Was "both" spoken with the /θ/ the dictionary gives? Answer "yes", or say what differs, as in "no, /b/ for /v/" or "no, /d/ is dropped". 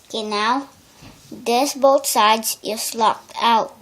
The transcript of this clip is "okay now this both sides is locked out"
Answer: no, /t/ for /θ/